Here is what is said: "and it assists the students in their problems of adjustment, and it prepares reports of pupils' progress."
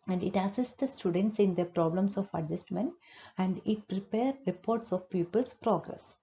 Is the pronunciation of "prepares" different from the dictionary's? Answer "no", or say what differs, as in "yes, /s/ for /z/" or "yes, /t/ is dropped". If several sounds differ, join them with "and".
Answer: yes, /z/ is dropped